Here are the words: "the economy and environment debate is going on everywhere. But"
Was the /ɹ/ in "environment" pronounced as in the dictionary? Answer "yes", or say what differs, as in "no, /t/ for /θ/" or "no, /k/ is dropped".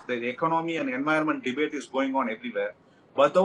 no, /ɹ/ is dropped